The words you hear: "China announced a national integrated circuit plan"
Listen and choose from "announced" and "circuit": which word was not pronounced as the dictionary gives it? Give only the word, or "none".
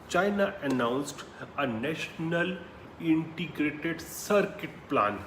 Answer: none